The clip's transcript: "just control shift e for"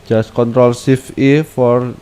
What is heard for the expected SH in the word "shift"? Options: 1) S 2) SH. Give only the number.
1